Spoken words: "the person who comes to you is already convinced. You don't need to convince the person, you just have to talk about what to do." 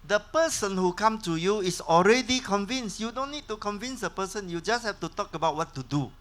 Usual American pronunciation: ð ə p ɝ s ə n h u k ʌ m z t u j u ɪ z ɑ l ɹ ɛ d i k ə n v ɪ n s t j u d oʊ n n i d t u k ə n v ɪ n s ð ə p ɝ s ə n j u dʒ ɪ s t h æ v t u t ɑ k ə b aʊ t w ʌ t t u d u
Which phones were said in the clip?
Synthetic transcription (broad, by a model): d ə p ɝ s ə n h u k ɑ m t u j u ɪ s ɑ l ɹ ɛ d i k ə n v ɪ n s j u d oʊ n n i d t u k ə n v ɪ n s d ə p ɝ s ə n j u dʒ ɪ s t h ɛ f t u t ɑ k ə b aʊ t w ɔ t t u d u